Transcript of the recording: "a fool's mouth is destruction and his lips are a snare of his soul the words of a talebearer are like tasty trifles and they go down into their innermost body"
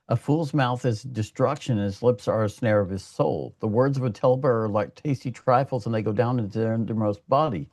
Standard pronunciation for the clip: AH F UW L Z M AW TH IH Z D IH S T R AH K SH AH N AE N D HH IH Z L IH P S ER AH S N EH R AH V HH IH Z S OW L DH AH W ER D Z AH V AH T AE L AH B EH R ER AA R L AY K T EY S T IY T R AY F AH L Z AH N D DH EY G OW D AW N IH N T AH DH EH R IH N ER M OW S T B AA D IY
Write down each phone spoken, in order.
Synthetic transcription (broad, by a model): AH F UW L Z M AW TH IH Z D IH S T R AH K SH AH N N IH Z L IH P S ER AH S N EH R AH V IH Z S OW L DH AH W ER D Z AH V AH T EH L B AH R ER R L AY K T EY S T IY T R AY F L Z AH N DH EY G OW D AW N IH N T AH R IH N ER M OW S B AA D IY